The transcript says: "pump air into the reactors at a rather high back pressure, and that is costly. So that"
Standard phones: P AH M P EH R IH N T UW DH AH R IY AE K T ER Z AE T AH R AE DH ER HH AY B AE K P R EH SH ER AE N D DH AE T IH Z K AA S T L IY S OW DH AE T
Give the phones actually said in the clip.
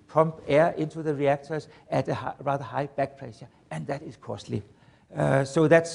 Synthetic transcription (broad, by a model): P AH M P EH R IH N T UW DH AH R IY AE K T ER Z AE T AH R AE DH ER HH AY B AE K P L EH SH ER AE N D DH AE T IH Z K AA S T L IY S OW DH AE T